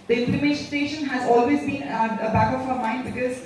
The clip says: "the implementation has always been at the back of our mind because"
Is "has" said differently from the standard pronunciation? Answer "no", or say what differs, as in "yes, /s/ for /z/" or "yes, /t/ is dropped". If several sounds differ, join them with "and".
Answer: no